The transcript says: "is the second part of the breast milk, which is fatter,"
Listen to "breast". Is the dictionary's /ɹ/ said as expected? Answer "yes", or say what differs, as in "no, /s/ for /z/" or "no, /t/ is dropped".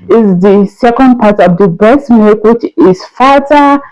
no, /ɹ/ is dropped